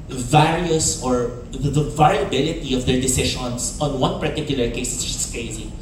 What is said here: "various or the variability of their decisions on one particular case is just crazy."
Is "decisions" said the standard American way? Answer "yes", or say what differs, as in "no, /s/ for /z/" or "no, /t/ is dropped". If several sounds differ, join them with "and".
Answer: no, /ʃ/ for /ʒ/ and /s/ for /z/